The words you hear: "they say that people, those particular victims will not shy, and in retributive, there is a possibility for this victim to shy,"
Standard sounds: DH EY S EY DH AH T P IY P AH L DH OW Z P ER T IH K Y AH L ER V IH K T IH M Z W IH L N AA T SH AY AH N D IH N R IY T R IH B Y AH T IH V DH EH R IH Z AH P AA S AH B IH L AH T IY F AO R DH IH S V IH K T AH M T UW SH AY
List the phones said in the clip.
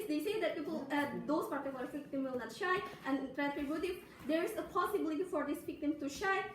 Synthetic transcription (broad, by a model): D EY S EY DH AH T P IY P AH L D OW S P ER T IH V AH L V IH K T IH M W IH L N AA T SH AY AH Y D IH N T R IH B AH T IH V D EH R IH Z AH P AA S AH B IH L AH T IY F AO R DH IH S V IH K T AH M T UW SH AY